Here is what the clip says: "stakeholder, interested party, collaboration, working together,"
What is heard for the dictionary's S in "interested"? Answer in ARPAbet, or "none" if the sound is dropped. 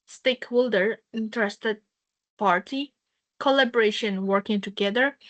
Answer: S